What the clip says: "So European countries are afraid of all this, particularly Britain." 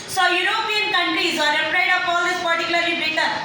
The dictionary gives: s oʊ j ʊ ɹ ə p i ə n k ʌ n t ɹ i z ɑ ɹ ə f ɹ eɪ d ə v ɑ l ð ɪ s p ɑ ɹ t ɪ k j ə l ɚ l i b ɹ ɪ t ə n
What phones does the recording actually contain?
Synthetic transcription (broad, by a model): s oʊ j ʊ ɹ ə p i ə n k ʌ n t ɹ i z ɑ ɹ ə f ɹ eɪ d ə p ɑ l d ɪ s p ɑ ɹ t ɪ k j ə l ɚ l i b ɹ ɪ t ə